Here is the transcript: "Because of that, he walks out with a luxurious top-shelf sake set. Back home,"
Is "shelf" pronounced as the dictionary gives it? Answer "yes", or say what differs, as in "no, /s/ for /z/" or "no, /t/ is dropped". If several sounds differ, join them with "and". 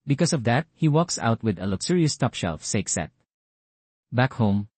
yes